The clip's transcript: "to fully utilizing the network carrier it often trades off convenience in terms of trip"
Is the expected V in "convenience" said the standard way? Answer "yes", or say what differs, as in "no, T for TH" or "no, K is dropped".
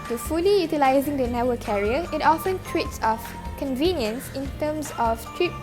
yes